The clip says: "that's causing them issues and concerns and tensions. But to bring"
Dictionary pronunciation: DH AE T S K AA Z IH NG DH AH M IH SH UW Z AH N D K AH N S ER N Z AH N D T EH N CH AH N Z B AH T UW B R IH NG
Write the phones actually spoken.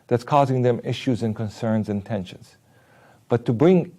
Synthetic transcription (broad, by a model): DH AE T S K AA Z IH NG DH AH M IH SH UW Z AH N K AH N S ER N Z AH N T EH N SH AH N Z B AH T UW B R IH NG